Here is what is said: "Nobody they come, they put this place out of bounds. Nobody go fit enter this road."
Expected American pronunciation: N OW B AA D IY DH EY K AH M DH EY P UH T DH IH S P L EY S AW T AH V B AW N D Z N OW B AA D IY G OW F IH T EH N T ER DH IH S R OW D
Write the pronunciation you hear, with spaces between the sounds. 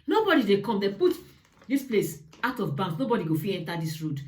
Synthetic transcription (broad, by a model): N OW B AA D IY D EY K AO M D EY P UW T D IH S P L EY S AW T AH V B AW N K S N OW B AA D IY G OW F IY EH N T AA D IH S R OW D